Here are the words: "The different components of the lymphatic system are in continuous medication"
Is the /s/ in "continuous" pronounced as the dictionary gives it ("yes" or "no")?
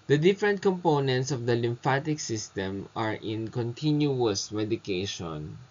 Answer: yes